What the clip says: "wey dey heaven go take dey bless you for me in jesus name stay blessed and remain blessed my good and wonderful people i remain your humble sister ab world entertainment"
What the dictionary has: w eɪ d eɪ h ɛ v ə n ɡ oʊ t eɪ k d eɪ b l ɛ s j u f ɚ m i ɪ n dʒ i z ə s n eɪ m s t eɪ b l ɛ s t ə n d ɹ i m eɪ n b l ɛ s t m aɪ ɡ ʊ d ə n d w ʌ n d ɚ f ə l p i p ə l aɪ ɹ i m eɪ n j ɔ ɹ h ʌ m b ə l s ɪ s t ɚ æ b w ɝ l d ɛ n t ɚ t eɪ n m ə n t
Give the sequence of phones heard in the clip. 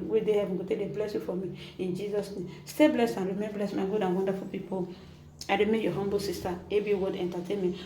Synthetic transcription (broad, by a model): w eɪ d eɪ h ɛ v ə n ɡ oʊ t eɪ d eɪ b l ɛ s j u f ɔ m i ɪ n dʒ i z ə s n eɪ m s t eɪ b l ɛ s t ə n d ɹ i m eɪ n b l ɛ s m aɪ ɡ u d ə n w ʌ n d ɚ f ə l p i p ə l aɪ ɹ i m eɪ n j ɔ h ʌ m b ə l s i s t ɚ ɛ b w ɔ d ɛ n t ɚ t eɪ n m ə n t